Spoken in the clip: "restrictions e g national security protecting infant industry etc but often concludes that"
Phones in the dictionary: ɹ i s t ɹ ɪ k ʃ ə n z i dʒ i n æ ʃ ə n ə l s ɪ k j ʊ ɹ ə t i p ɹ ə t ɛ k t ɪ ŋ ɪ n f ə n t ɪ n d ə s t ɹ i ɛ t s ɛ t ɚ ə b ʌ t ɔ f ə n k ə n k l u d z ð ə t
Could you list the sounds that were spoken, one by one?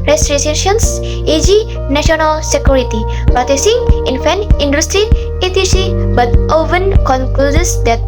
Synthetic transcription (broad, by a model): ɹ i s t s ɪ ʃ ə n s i dʒ i n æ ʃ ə n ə l s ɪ k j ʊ ɹ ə t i p ɹ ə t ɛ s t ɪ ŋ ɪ n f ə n ɪ n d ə s t ɹ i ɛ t i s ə b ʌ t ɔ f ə n k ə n k l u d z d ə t